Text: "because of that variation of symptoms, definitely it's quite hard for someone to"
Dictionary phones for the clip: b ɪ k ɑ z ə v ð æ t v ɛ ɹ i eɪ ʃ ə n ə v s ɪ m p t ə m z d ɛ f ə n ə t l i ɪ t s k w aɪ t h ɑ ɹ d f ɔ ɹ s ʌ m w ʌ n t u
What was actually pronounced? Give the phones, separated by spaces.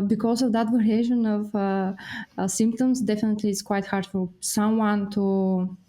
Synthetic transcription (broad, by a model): b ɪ k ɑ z ə v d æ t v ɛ ɹ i eɪ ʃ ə n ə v s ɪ m p t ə m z d ɛ f ə n ə t l i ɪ t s k w aɪ t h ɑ ɹ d f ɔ l s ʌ m w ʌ n t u